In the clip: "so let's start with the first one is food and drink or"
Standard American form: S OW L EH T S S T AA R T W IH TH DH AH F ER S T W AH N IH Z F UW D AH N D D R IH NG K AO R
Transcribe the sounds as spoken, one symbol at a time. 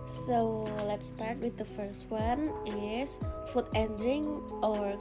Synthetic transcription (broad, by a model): S OW L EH T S S T AA R T W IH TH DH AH F ER S T W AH N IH S F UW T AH N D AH R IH NG AO R